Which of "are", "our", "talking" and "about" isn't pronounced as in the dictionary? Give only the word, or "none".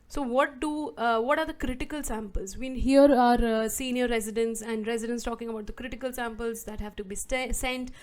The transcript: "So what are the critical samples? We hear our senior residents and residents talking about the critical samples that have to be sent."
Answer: none